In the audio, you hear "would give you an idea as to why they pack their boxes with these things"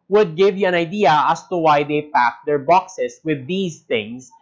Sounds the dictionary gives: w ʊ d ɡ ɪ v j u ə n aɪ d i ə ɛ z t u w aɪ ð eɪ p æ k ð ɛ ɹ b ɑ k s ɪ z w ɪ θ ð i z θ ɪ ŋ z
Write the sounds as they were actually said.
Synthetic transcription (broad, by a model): w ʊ d ɡ ɪ v j u ə n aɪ d i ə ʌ s t u w aɪ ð eɪ p æ k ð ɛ ɹ b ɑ k s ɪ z w ɪ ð i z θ ɪ ŋ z